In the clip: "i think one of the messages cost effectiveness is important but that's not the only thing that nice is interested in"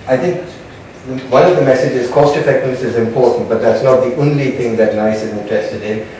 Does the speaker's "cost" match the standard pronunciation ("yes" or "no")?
yes